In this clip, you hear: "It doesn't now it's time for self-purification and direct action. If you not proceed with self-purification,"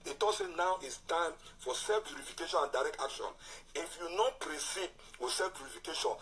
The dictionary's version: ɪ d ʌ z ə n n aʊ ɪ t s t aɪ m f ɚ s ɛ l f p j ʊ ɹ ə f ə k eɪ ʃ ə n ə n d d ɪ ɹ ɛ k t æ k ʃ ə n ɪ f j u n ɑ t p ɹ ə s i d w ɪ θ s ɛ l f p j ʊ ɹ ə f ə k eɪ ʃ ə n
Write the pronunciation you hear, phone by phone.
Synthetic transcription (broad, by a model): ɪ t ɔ s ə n n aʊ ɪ t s t aɪ m f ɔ s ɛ f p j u ɹ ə f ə k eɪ ʃ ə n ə n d d ɪ ɹ ɛ k t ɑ k ʃ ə n ɪ f j u n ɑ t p ɹ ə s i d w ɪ s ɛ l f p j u ɹ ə f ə k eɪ ʃ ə n